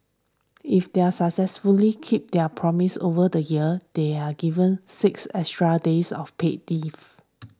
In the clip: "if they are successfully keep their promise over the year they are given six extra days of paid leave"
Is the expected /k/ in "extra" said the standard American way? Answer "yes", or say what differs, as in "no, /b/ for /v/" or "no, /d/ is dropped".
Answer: no, /k/ is dropped